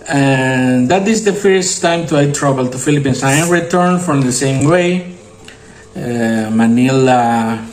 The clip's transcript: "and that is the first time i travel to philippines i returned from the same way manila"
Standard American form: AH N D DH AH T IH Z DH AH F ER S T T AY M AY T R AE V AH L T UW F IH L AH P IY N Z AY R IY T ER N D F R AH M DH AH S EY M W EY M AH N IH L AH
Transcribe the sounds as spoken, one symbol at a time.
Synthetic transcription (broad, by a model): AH N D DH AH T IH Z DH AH F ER S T T AY M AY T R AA B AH L T UW F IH L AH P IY N S AY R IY T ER N F R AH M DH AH S EY M W EY M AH N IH L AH